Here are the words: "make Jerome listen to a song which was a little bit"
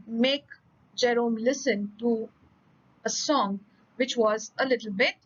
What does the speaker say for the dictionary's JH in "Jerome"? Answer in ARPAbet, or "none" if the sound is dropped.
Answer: JH